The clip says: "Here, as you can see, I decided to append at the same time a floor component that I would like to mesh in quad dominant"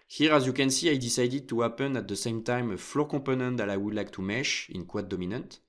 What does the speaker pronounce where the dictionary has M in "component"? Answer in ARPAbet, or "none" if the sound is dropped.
none